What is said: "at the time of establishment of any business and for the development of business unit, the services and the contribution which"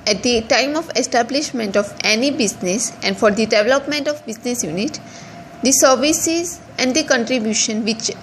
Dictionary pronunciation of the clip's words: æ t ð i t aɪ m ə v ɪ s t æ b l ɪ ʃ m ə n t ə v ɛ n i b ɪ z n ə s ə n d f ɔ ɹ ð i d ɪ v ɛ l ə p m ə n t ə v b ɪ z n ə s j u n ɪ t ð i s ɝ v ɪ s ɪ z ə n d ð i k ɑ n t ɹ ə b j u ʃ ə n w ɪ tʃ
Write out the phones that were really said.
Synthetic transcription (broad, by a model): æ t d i t aɪ m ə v ɪ s t æ b l ɪ ʃ m ə n t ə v ɛ n i b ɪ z n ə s ə n d f ɔ ɹ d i d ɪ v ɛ l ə p m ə n t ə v b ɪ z n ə s j u n ɪ t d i s ɝ v ɪ s ɪ z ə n d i k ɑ n t ɹ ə b j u ʃ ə n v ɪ tʃ